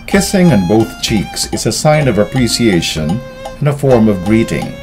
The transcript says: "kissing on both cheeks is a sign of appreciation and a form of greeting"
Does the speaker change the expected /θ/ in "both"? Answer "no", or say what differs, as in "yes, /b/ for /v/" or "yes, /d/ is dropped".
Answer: no